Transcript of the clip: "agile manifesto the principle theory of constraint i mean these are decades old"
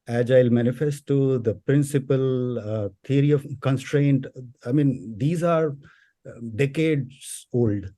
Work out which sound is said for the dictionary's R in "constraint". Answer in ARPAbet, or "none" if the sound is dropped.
R